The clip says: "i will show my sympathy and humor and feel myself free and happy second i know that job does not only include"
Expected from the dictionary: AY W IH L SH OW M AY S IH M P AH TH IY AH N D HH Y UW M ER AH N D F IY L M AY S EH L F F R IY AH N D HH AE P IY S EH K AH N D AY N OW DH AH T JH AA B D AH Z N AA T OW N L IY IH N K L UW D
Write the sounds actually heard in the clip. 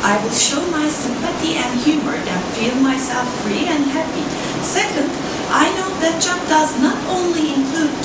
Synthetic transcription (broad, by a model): AY W IH L SH OW M AY S IH M P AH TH IY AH N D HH Y UW M ER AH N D F IY L M AY S EH L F F R IY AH N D HH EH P IY S EH K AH N D AY N OW DH AH T CH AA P D AH Z N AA T OW N L IY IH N K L UW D